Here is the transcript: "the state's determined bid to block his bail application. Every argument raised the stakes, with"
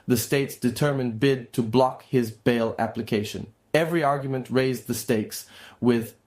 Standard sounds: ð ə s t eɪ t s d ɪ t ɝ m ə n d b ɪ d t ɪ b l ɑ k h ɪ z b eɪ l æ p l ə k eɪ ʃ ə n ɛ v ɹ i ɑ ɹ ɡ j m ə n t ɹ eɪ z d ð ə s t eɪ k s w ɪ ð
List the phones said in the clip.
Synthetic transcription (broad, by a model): ð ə s t eɪ t s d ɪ t ɝ m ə n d b ɪ d t ɪ b l ɑ k h ɪ z b eɪ l æ p l ə k eɪ ʃ ə n ɛ v ɹ i ɑ ɹ ɡ j m ə n t ɹ eɪ z ð ə s t eɪ k s w ɪ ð